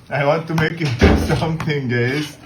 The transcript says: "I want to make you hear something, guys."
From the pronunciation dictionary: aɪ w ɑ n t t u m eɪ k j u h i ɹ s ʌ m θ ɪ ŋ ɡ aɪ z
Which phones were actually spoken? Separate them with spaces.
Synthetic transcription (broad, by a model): aɪ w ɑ n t t u m eɪ k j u s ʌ m t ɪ ŋ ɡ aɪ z